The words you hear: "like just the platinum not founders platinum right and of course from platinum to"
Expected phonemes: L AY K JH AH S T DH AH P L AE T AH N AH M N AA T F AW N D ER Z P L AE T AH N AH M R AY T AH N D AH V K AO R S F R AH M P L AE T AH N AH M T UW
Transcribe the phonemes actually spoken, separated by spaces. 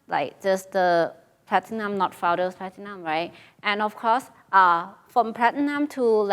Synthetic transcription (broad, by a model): L AY K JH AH S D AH P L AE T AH N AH M N AA T F AW D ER S P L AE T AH N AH M R AY T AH N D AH F K AO S F R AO M P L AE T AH N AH M T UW